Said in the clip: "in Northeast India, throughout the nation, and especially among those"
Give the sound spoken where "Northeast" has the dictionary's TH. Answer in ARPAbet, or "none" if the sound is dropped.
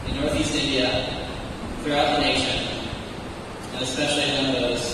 TH